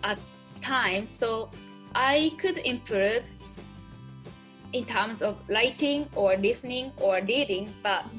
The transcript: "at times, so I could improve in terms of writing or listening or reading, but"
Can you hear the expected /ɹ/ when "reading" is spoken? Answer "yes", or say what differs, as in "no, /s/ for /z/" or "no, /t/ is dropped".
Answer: no, /l/ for /ɹ/